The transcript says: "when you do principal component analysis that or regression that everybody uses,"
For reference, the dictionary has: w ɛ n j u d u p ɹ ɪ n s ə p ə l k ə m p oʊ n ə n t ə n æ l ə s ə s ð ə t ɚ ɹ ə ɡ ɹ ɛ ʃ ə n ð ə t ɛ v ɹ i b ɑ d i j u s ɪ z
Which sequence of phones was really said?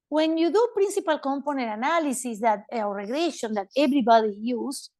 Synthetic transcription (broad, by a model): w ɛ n j u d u p ɹ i n s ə p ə l k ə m p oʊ n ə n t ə n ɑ l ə s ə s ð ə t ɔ ɹ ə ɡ ɹ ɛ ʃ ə n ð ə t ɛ b ɹ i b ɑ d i j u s